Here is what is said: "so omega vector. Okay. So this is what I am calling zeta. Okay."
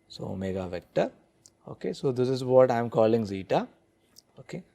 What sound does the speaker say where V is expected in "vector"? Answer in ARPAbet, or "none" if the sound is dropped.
V